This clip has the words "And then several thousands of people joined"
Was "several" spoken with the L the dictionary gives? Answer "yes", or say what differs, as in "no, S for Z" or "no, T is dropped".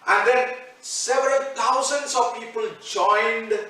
yes